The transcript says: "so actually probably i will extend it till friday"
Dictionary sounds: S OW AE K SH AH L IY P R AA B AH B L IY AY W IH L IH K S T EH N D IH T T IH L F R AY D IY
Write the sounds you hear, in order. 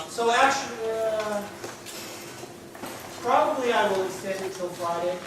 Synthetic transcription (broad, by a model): S OW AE K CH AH L IY P R AA B AH B L IY AY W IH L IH S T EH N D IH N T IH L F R AY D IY